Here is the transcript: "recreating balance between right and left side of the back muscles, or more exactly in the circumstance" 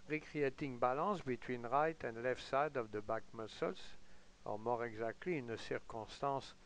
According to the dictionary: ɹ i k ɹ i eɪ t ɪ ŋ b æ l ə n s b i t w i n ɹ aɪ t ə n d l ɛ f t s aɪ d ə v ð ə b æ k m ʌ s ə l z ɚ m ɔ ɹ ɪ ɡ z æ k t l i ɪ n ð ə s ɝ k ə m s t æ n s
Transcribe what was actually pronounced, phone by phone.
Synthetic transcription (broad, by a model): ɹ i k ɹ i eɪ t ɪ ŋ b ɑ l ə s b i t w i n ɹ aɪ t ə n d l ɛ f t s aɪ d ə v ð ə b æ k m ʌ s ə l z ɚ m ɔ ɹ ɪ ɡ z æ k t l i ɪ n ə s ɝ k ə s t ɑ s